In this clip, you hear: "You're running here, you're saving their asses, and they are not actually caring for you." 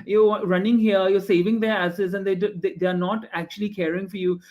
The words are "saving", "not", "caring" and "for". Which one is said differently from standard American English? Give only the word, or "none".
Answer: none